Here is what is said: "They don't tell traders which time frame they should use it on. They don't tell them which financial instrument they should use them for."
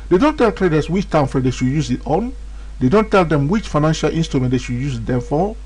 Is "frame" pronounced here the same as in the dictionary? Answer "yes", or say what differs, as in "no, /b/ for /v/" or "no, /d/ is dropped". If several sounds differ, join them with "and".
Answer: no, /ɹ/ is dropped